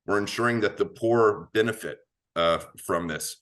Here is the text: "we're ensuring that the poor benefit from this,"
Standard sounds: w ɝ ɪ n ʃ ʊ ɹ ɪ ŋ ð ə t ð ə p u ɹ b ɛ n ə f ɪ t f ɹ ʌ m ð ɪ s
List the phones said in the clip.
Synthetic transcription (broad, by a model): w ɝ ɪ n ʃ ʊ ɹ ɪ ŋ ð ə t ð ə p u ɹ b ɛ n ə f ɪ t f ɹ ʌ m ð ɪ s